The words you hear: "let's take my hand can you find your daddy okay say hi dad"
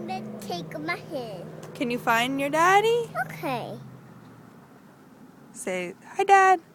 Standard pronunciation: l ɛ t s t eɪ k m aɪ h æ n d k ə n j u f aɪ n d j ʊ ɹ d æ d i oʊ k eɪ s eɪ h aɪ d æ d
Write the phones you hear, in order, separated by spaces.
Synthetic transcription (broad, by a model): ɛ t t eɪ k m aɪ h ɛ d k ə n j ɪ f aɪ n d j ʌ ɹ d æ d i oʊ k eɪ s eɪ h aɪ d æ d